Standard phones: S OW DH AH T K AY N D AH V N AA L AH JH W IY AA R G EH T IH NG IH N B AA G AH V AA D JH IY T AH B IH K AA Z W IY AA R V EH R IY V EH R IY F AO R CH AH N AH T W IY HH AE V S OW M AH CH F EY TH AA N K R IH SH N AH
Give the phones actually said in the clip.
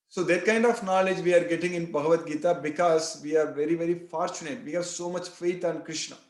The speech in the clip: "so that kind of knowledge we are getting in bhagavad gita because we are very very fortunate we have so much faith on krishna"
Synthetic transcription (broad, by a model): S OW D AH T K AY N D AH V N AA L AH JH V IY AA R G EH T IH NG IH N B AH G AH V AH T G IY T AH B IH K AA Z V IY AA R V EH R IY V EH R IY F AO R CH AH N AH T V IY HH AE V S OW M AH CH F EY T AA N K R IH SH N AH